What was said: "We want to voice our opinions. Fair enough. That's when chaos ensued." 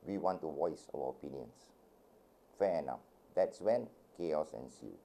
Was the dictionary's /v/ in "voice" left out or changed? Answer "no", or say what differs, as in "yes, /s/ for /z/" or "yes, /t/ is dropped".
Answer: yes, /w/ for /v/